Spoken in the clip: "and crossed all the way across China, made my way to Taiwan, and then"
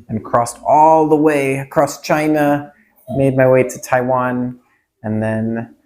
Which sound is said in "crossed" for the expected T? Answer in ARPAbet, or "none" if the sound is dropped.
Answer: T